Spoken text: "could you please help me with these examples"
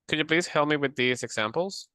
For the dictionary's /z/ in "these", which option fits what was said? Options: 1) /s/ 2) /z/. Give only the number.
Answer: 2